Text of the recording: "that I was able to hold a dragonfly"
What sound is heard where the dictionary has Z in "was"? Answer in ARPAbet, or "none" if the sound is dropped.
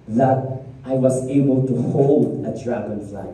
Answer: S